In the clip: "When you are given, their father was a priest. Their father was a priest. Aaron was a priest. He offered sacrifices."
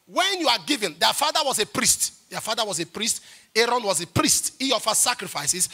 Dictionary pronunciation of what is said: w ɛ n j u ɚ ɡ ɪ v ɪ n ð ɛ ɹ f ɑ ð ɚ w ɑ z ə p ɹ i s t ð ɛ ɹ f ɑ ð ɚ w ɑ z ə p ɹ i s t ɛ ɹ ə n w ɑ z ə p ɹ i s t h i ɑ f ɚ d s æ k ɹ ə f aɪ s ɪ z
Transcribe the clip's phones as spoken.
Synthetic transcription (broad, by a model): w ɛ n j u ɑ ɡ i v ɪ n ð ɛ f ɑ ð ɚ w ɑ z ə p ɹ i s t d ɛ f ɑ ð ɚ w ɑ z ə p ɹ i s t ɛ ɹ ə n w ɑ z ə p ɹ i s t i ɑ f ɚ s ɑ k ɹ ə f aɪ s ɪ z